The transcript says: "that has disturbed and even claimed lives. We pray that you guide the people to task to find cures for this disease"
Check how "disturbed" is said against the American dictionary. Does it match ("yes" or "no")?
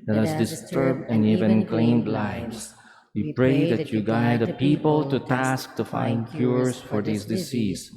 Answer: yes